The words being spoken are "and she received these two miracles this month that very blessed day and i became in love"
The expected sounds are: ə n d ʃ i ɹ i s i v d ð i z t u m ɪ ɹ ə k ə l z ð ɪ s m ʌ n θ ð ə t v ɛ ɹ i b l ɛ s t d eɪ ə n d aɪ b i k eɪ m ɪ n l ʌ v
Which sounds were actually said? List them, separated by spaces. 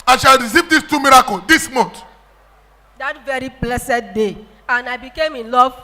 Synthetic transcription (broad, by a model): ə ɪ ʃ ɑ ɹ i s i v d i s t u m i ɹ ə k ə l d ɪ s m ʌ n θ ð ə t v ɛ ɹ i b l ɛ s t d eɪ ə n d aɪ b i k eɪ m ɪ n l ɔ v